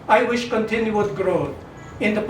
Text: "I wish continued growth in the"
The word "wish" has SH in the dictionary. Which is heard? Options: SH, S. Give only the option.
SH